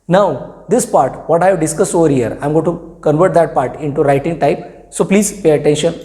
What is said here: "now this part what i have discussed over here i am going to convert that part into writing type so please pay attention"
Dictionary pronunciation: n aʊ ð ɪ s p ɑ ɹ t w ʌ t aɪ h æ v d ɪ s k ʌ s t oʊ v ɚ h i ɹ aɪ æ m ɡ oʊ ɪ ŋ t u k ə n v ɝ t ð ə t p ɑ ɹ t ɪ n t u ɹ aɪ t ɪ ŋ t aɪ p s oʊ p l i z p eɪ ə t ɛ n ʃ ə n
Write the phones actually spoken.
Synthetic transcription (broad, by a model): n aʊ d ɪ s p ɑ ɹ t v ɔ t aɪ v d ɪ s k ʌ s t oʊ v ɚ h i ɹ aɪ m ɡ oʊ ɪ t u k ə n v ɝ t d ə t p ɑ ɹ t ɪ n t u ɹ aɪ t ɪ ŋ t aɪ p s oʊ p l i z p eɪ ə t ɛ n ʃ ə n